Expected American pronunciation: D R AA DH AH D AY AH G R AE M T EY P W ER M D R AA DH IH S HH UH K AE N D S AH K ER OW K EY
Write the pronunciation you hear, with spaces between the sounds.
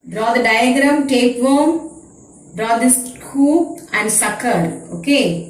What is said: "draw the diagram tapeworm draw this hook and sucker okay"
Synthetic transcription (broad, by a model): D R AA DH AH D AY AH G R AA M T EY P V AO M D R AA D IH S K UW AE N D S AH K ER OW K EY